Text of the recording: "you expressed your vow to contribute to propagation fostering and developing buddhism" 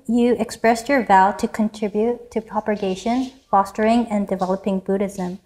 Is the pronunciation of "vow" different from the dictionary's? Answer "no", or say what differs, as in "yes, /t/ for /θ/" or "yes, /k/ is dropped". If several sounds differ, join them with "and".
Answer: no